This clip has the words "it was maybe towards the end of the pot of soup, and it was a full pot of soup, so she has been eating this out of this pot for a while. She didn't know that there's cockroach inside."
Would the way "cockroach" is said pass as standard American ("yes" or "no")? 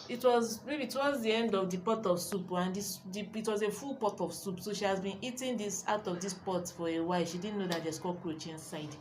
yes